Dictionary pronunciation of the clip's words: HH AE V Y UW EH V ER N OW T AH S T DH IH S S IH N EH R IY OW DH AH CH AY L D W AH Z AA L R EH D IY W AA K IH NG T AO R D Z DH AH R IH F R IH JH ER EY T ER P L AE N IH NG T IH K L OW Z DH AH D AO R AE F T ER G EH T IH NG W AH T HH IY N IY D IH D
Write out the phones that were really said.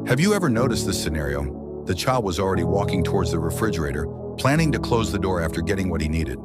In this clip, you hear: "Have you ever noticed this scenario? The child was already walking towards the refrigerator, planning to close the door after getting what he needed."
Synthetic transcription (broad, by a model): HH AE V Y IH EH V ER N OW T AH S T DH IH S S IH N EH R IY OW DH AH CH AY L D W AH Z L R EH D IY W AA K IH NG T AO R D Z DH AH R IH F R IH JH ER EY T ER P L AE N IH NG T IH K L OW Z DH AH D AO R AE F T ER G EH T IH NG W AH T HH IY N IY D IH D